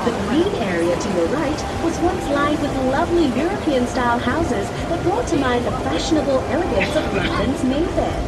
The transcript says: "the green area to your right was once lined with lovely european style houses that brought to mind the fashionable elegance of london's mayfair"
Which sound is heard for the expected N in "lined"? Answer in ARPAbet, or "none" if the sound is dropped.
none